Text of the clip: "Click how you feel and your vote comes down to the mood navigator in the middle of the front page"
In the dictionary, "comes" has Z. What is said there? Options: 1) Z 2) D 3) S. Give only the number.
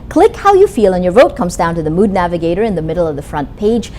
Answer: 1